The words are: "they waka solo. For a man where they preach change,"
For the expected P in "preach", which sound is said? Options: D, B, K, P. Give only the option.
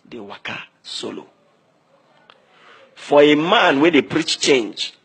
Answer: P